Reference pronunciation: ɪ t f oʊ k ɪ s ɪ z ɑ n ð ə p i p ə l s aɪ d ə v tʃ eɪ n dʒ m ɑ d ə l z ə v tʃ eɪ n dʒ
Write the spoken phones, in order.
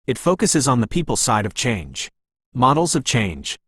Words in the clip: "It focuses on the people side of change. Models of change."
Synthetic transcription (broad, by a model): ɪ t f oʊ k ɪ s ɪ z n ð ə p i p l s aɪ d ə v tʃ eɪ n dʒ m ɑ d l z ə v tʃ eɪ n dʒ